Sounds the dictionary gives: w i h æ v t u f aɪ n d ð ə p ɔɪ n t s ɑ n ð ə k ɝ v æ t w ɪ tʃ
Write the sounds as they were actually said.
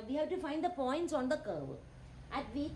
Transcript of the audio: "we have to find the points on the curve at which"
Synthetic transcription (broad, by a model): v i h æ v t u f aɪ n d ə p ɔɪ n t s ɑ n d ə k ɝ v æ t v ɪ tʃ